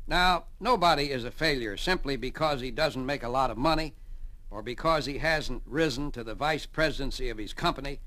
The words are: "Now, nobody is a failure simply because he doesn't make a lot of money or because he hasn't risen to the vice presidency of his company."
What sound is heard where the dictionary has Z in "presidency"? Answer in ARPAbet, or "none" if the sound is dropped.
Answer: Z